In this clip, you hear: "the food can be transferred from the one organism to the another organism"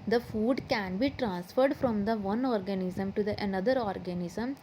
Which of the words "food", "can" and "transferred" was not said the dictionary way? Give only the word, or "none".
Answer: none